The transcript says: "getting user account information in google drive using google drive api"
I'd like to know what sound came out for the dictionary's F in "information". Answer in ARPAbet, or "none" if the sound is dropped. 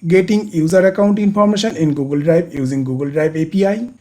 P